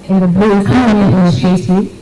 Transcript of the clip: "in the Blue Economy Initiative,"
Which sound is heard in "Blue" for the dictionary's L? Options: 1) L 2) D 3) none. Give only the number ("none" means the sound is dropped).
3